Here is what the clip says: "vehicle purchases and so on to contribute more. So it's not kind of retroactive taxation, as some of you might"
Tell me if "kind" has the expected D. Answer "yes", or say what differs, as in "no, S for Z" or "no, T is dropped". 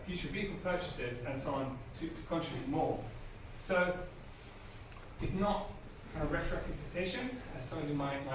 no, D is dropped